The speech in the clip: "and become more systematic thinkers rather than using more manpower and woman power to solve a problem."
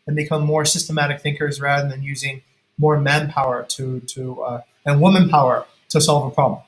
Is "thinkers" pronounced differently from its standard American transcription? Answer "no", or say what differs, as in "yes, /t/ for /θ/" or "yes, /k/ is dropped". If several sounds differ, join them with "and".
no